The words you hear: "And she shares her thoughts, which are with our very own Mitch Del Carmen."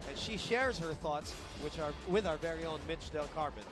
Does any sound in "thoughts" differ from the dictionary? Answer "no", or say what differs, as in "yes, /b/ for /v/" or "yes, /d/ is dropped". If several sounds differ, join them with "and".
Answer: no